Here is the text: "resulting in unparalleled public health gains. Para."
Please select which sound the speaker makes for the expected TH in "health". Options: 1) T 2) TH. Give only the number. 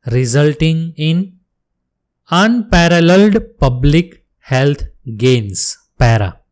1